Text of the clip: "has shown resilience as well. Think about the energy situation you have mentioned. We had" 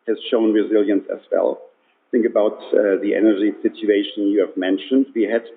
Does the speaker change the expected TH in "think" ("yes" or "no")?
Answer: no